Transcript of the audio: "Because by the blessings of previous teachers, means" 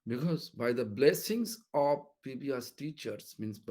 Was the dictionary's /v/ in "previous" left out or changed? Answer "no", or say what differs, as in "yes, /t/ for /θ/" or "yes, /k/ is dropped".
yes, /b/ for /v/